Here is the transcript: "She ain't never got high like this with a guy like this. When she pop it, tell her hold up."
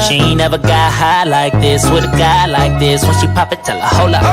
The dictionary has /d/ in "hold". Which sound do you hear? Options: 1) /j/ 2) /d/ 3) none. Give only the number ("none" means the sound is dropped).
3